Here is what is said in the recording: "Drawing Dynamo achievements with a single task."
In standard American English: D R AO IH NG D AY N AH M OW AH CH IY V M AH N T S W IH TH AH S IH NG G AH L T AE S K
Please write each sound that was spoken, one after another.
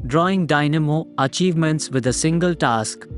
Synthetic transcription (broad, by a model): D R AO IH NG D AY N AH M OW AH CH IY V M AH N T S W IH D AH S IH NG G AH L T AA S K